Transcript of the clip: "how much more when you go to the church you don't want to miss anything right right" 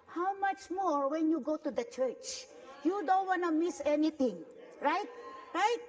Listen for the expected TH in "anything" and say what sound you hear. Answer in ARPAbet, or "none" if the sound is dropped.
T